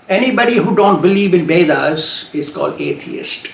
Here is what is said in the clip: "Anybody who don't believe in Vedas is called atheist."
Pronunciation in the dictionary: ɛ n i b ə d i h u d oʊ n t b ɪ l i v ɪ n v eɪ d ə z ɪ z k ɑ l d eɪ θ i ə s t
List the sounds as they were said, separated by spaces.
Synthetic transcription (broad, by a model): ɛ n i b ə d i h u d oʊ n t b ɪ l i v ɪ n b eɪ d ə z ɪ z k ɑ l d eɪ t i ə s t